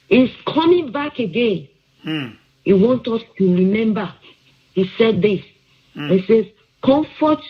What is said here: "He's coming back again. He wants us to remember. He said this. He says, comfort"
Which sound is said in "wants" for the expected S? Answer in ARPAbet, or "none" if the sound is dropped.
none